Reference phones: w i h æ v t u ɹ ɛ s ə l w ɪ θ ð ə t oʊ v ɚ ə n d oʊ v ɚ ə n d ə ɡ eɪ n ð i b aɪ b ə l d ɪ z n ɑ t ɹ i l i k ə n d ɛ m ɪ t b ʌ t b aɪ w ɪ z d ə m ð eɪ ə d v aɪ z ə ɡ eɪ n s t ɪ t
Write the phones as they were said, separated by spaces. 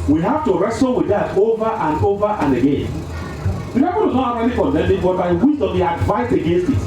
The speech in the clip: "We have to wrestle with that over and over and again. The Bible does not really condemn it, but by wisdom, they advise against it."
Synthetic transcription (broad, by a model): w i h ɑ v t u ɹ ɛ s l w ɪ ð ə t oʊ v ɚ ə n d oʊ v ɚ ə n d ə ɡ eɪ n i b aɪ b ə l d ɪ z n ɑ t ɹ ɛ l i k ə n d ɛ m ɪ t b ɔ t b aɪ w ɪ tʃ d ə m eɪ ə d v aɪ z ə ɡ eɪ n s t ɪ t